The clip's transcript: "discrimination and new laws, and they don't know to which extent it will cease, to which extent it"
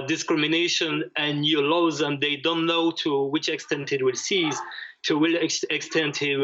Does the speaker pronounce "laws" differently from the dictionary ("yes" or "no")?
no